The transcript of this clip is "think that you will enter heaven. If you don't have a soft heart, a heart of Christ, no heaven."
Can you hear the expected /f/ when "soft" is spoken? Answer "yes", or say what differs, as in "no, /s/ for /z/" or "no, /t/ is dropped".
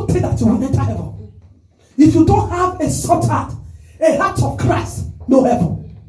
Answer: no, /f/ is dropped